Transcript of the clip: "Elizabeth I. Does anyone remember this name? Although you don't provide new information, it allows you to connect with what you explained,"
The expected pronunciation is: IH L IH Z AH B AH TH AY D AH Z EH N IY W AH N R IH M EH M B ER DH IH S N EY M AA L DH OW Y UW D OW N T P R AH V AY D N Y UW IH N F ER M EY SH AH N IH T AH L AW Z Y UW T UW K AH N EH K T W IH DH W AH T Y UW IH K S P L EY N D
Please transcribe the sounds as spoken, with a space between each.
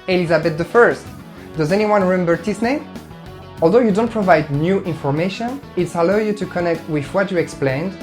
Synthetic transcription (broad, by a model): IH L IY Z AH B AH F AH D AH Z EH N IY W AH N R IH M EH M B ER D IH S N EY M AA L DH OW Y UW D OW N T P R AH V AY D N Y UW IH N F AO M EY SH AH N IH T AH L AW Y UW T UW K AH N EH K T W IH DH W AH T Y UW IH K S P L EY N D